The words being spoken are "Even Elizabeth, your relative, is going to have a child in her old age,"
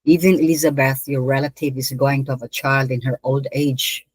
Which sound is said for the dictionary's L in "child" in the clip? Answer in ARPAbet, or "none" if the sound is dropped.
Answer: L